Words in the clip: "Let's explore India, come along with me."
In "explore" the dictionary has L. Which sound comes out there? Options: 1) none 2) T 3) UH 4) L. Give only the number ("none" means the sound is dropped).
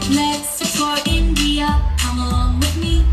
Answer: 1